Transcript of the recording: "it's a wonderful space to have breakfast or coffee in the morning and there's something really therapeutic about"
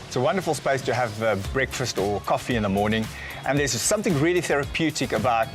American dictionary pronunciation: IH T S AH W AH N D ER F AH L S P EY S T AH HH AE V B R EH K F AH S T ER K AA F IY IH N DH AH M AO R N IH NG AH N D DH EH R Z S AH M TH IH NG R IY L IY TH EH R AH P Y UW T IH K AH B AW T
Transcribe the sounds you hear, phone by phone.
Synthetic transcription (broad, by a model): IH T S AH W AH N D ER F AH L S P EY S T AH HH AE V B R EH K F AH S T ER K AA F IY IH N DH AH M AO R N IH NG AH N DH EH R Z S AH M TH IH NG R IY L IY TH EH R AH P Y UW T IH K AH B AW T